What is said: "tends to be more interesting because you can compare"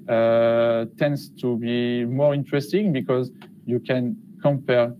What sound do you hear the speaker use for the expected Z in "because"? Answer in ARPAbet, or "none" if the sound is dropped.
Z